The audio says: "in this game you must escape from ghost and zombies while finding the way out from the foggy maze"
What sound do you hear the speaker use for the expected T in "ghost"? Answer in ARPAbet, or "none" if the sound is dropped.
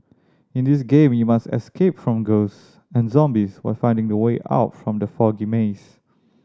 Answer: none